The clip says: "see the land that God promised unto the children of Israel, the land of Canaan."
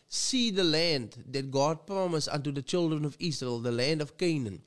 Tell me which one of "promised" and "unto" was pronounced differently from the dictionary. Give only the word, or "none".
promised